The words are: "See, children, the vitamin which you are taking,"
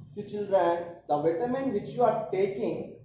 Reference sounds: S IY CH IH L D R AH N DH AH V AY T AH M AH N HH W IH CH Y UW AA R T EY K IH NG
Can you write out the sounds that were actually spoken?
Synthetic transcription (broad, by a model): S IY CH IH L D R AH N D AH V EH T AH M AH N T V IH CH Y UW AA R T EY K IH NG